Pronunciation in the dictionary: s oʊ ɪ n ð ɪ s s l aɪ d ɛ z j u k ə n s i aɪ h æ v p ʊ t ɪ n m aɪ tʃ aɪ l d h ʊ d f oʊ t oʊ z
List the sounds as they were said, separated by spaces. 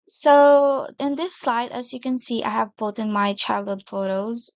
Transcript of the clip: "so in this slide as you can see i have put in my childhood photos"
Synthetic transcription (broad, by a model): s oʊ ɪ n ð ɪ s s l aɪ d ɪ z j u k ə n s i aɪ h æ v b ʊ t ɪ n m aɪ tʃ aɪ l d h ʊ d f oʊ t oʊ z